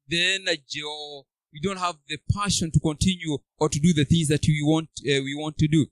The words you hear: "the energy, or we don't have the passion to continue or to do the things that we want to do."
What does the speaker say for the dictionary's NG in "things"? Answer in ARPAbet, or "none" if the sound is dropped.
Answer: NG